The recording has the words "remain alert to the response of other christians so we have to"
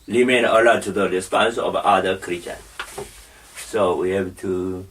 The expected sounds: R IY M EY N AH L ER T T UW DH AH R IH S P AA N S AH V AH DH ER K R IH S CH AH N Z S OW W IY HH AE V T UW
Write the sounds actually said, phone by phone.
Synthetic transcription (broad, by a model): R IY M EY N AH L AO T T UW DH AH R IH S P AA N S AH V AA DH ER K R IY CH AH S S OW W IY HH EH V T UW